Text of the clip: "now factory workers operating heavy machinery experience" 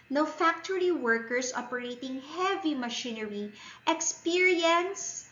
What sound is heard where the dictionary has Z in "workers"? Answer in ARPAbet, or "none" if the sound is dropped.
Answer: S